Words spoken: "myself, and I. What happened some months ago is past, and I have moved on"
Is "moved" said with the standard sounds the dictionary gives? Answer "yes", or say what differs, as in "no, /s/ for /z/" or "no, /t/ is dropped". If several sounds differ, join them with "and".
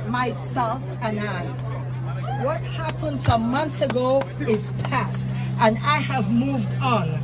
yes